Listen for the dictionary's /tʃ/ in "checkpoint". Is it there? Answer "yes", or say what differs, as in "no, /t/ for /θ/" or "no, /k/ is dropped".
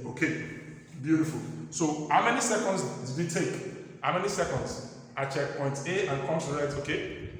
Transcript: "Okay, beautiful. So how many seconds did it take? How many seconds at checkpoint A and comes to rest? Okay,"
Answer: yes